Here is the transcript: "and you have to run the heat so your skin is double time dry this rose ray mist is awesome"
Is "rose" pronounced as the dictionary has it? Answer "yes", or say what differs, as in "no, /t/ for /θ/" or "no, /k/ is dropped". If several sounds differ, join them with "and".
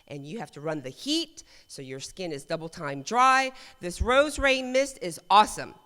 yes